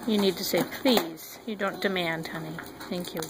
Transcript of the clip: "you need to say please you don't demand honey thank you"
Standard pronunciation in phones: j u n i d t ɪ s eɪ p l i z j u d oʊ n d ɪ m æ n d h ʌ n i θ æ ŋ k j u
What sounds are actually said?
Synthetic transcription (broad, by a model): j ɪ n i d t ɪ s eɪ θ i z j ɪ d oʊ n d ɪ m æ n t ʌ n i θ æ ŋ k j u